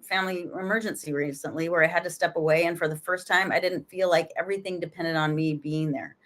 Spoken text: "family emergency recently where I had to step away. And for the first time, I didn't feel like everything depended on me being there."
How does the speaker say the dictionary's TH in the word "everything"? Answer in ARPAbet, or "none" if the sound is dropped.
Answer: TH